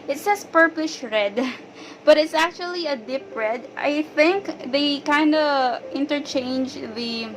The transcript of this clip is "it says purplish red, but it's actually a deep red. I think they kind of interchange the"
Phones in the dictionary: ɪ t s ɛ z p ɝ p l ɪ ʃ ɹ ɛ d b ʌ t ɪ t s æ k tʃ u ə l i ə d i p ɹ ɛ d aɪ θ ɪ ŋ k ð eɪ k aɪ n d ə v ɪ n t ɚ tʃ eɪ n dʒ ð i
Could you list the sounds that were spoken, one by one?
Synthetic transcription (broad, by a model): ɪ t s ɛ s p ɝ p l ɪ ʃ ɹ ɛ d b ʌ t ɪ t s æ k tʃ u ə l i ə d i p ɹ ɛ d aɪ θ ɪ ŋ k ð eɪ k aɪ n d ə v ɪ n t ɚ tʃ eɪ n dʒ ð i